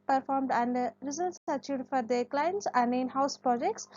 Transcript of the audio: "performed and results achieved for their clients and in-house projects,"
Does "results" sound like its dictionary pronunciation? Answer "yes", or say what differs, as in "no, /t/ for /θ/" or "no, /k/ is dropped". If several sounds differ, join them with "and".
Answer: no, /s/ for /t/